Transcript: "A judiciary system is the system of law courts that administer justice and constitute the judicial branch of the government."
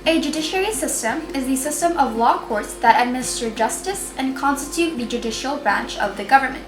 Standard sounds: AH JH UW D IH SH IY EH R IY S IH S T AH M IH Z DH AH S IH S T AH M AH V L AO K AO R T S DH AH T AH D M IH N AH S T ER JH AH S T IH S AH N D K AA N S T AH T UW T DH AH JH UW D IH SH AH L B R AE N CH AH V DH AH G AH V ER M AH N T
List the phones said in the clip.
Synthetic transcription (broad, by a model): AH JH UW D IH SH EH R IY S IH S T AH M IH Z DH AH S IH S T AH M AH V L AO K AO R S DH AH T AH D M IH N AH S T ER JH AH S T IH S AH N K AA N S T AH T UW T DH AH JH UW D IH SH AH L B R AE N CH AH V DH AH G AH V ER M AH N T